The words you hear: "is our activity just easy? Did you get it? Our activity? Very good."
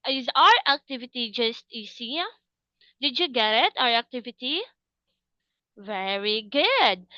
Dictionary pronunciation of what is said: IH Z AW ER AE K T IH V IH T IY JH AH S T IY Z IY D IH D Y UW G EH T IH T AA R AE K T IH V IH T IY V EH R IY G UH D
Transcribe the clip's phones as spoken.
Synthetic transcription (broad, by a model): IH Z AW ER AE K T IH V IH T IY JH AH S T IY S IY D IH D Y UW G EH T IH T AA R AE K T IH V IH T IY V EH R IY G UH D